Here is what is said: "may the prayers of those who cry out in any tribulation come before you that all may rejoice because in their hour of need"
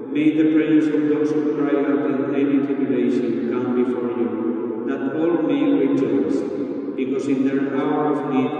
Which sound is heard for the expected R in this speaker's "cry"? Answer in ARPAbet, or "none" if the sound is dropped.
R